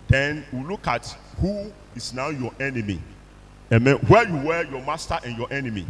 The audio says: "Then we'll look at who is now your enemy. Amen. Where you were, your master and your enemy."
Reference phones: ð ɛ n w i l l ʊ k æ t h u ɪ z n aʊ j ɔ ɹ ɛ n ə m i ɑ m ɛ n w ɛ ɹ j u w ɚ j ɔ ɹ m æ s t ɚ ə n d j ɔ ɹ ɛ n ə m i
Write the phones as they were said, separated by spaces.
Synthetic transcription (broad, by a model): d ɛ n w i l l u k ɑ t h u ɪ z n aʊ j ɔ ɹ ɛ n ə m i ɑ m ɛ n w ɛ j u w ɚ j ɔ m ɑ s t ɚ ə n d j ɔ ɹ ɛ n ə m i